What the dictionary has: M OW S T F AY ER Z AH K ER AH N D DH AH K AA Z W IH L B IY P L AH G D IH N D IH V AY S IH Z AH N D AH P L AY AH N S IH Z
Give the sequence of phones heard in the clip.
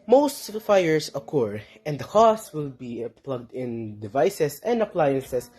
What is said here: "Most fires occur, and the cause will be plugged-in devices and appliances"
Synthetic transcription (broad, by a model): M OW S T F AY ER S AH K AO AH N D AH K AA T W IH L B IY P L AH G D IH N D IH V AY S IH S AH N D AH P L AY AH N S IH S